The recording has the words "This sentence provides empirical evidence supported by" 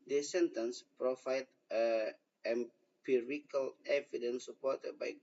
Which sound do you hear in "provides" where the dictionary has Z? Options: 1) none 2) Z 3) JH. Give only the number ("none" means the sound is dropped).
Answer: 1